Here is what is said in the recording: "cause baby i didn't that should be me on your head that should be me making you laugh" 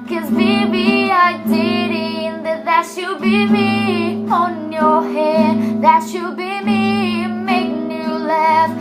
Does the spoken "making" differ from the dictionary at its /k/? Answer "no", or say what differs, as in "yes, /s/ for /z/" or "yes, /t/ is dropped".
yes, /k/ is dropped